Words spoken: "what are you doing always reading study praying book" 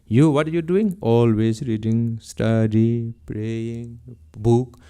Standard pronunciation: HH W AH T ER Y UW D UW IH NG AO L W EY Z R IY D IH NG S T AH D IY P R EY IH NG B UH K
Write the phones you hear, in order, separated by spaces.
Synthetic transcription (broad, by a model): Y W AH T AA Y UW D UW IH NG AO L W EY S R IY D IH NG S T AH D IY P R EY IH NG B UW K